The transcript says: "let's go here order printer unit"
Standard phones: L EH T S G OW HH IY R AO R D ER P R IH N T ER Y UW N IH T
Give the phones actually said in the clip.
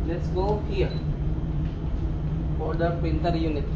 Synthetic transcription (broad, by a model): L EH T S G OW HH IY R AO R D ER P IH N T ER Y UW N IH T